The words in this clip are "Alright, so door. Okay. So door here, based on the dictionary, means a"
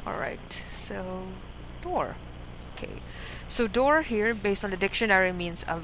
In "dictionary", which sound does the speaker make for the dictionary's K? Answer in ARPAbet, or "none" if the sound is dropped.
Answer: K